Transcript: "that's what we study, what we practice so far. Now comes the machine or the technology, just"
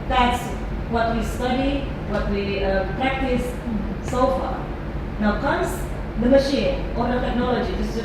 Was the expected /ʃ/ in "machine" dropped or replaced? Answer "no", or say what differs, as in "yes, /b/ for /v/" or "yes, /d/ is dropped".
no